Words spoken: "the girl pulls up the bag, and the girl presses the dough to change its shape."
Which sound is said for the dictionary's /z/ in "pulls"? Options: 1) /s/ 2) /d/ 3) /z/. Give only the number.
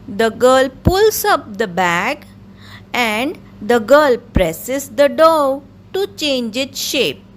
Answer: 1